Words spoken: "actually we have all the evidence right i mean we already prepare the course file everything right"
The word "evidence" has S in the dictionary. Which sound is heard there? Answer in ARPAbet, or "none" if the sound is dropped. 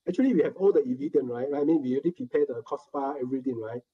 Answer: none